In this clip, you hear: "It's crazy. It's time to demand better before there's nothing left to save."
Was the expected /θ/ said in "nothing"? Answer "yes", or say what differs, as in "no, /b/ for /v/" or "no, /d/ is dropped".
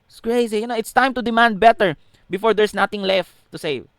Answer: no, /t/ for /θ/